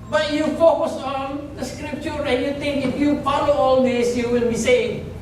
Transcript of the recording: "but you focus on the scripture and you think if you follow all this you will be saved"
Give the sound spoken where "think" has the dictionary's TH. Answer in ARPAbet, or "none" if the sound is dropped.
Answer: T